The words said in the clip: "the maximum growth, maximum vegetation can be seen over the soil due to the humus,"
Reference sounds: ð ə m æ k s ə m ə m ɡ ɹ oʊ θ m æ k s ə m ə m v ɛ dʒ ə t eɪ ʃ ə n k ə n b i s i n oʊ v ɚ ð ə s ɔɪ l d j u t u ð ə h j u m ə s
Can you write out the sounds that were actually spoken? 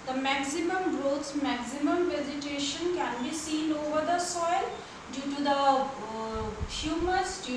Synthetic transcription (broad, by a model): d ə m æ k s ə m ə m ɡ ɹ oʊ s m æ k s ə m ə m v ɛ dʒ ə t eɪ ʃ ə n k ə n b i s i n oʊ v ɚ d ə s ɔɪ l d j u t u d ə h j u m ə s